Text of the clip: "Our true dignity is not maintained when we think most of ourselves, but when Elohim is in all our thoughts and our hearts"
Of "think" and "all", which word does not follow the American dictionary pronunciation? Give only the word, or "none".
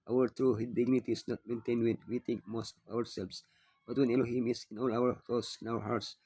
think